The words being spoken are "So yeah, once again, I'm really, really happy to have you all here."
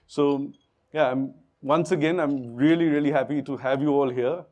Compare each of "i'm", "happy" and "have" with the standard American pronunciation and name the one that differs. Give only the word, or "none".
none